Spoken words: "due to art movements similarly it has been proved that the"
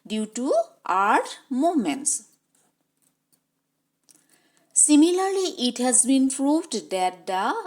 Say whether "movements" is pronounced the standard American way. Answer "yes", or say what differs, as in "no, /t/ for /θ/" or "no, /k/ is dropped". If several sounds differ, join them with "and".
no, /v/ is dropped